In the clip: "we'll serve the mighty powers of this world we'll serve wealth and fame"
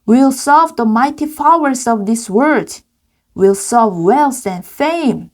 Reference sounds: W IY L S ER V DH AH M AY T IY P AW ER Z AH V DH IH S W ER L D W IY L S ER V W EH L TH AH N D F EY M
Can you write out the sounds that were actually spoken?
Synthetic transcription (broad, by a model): W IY L S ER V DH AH M AY T IY F AW ER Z AH V DH IH S W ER D W IY L S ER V W EH L S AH N F EY M